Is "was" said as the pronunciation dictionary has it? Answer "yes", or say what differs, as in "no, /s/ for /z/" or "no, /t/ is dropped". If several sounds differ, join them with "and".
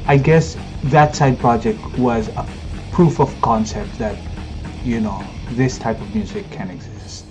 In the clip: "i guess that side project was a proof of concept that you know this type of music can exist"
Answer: yes